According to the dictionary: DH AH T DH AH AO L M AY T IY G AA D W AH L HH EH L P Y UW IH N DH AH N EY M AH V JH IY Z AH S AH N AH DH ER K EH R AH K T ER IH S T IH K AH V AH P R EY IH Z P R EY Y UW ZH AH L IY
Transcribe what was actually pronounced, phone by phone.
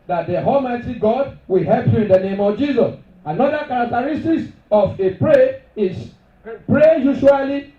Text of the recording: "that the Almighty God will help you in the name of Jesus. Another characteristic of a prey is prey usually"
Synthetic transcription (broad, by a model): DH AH T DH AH AO L M AY T IY G AA D W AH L HH EH L P Y UW IH N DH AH N EY M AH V JH IY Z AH S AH N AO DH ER K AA R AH K T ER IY S T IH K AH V AH P R EY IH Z P R EY Y UW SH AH L IY